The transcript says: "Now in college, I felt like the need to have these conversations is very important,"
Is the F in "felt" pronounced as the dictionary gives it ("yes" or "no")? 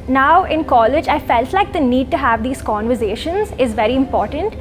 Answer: yes